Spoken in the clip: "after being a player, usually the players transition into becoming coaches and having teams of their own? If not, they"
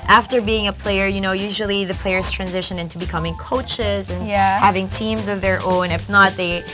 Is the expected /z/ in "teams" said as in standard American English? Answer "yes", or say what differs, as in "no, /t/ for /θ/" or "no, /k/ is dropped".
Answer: yes